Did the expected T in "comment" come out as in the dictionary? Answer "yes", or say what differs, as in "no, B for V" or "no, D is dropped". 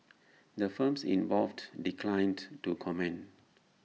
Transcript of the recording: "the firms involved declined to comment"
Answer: no, T is dropped